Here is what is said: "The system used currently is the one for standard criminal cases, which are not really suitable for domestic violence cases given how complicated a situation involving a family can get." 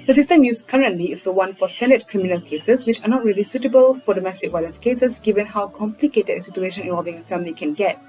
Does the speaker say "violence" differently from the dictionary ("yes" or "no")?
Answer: yes